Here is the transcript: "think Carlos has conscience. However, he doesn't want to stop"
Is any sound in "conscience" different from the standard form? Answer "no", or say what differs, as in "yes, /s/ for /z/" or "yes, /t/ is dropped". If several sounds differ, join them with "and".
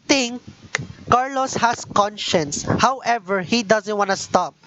no